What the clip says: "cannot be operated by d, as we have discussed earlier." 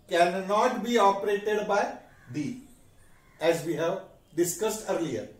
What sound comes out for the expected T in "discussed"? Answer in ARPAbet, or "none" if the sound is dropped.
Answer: T